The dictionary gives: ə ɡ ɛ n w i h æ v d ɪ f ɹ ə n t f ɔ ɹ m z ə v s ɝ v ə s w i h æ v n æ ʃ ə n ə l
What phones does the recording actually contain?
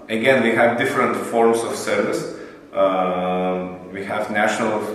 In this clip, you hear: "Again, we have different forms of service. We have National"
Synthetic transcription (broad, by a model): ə ɡ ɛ n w i h æ v d ɪ f ɹ ə n t f ɔ ɹ m s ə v s ɝ v ə s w i h æ v n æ ʃ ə n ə l